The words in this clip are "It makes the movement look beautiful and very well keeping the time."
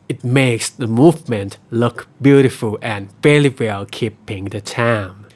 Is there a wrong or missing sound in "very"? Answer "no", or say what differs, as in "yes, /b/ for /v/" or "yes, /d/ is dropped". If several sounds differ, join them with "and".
yes, /l/ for /ɹ/